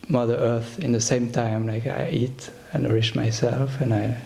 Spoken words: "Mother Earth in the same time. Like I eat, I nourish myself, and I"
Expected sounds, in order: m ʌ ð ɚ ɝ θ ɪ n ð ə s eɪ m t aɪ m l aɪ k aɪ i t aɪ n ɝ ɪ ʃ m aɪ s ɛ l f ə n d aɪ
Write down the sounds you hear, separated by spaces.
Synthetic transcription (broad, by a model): m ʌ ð ɚ ɝ θ ɪ n ð ə s eɪ m t aɪ m l aɪ k aɪ i t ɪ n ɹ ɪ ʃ m aɪ s ɛ l f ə n aɪ